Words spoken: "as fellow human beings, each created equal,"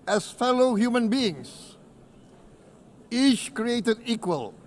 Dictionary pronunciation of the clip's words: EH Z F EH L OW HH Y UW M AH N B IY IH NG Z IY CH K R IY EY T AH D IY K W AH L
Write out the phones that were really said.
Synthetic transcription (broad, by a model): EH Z F EH L OW HH Y UW M AH N B IY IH NG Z IY CH K R IY EY T AH D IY K W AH L